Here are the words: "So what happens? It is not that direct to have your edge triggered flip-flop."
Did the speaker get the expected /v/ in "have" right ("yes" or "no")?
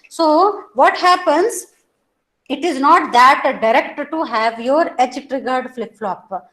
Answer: yes